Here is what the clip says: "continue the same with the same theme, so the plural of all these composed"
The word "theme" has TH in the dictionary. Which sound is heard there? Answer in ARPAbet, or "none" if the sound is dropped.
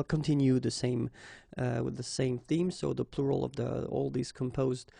TH